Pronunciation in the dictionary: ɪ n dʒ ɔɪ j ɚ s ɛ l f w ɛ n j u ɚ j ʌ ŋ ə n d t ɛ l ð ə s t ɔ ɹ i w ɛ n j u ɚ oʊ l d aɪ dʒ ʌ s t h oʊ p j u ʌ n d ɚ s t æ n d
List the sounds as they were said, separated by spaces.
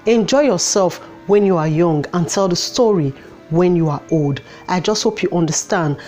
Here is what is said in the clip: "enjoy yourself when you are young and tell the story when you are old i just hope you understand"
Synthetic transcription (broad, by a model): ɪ n dʒ ɔɪ j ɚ s ɛ l f w ɛ n j u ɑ j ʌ ŋ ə n t ɛ l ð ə s t ɔ ɹ i w ɛ n j u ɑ oʊ l d aɪ dʒ ʌ s t h oʊ p j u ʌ n d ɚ s t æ n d